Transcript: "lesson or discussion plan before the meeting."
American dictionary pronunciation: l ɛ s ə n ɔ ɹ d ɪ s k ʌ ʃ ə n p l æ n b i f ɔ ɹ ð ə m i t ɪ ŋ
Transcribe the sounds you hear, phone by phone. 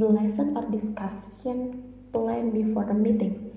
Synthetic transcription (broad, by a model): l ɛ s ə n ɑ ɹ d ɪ s k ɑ s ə n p l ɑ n b i f ɔ ɹ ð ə m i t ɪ ŋ